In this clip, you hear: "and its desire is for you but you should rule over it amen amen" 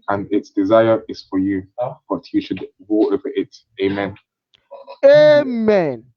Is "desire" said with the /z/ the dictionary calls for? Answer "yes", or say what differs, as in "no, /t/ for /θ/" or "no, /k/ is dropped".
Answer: yes